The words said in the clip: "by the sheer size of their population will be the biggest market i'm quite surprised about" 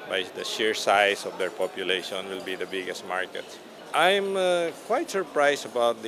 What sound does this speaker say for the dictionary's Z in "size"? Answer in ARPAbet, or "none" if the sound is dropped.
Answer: S